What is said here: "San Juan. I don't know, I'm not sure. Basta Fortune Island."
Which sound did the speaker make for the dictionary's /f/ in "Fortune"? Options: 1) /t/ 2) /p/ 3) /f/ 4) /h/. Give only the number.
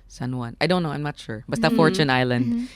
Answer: 3